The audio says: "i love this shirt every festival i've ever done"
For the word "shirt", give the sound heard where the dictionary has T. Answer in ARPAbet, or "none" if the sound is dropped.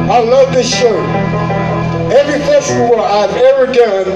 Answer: none